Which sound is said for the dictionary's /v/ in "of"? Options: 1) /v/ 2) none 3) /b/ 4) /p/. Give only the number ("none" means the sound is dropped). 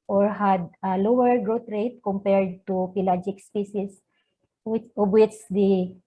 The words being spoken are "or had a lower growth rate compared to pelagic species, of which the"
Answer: 3